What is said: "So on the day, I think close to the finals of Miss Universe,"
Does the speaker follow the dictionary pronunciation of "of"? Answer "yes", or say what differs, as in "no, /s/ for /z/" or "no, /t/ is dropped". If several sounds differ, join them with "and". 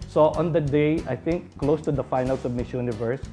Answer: no, /b/ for /v/